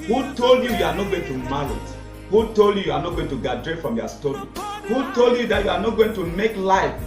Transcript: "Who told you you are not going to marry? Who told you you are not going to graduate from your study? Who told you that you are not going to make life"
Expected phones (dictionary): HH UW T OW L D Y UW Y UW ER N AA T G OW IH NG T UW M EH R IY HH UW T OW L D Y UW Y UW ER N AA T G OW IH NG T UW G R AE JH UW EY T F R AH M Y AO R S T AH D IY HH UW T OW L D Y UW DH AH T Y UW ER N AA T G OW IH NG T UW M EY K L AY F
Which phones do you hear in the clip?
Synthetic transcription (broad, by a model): HH UW T OW L D Y UW Y UW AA N AA T G OW IH NG T UW M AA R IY HH UW T OW L D Y UW Y UW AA N AA T G OW IH NG T UW G AA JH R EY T F R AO M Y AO S T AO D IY HH UW T OW L D Y UW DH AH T Y UW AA N AA T G OW IH NG T UW M EY K L AY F